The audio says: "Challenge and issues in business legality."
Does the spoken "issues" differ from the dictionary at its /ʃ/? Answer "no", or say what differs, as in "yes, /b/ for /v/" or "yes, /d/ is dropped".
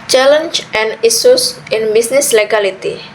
yes, /s/ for /ʃ/